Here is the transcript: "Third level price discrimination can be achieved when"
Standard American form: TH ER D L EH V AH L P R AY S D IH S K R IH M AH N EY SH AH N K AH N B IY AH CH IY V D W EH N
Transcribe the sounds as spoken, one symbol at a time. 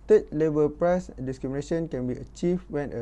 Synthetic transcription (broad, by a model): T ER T L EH B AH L P R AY S D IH S K R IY M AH N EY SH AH N K AH N B IY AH CH IY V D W EH N